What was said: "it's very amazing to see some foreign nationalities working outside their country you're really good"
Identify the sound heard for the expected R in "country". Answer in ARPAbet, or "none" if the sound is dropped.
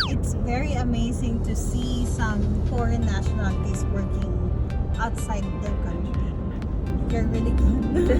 none